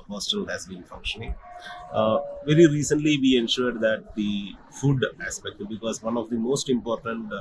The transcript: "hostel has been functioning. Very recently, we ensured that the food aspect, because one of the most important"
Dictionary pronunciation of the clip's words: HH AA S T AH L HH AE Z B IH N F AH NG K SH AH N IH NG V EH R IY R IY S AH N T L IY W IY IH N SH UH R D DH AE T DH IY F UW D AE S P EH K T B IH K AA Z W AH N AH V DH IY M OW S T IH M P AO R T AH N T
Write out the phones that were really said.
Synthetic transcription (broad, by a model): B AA S T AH L HH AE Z B IH N F AH NG K SH AH N IH NG V EH R IY R IY S AH N T L IY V IY IH N SH UH R D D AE T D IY F UW D AE S P EH K T B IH K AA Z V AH N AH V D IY M OW S T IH M P AO R T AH N T